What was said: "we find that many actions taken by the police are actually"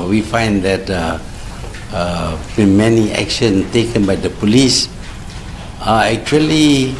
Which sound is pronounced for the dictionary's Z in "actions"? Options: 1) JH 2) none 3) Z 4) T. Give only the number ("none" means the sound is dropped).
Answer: 2